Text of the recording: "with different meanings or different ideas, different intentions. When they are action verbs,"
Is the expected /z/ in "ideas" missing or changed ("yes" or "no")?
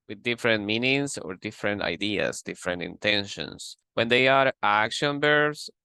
yes